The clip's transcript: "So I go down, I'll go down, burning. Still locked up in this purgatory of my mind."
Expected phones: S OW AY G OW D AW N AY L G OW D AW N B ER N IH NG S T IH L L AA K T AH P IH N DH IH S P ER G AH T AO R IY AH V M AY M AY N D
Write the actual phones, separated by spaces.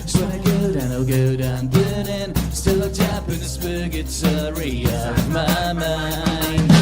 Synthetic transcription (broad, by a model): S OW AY G OW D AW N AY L G OW D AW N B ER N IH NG S T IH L L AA T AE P IH N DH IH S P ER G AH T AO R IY AH V M AY M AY N